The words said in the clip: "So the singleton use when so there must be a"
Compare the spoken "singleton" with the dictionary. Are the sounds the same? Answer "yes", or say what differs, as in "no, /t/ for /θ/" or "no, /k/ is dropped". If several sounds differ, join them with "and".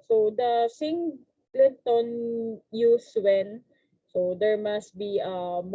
no, /n/ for /l/